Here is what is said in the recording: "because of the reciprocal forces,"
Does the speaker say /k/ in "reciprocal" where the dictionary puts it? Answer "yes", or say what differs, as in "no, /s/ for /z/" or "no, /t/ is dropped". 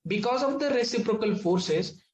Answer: yes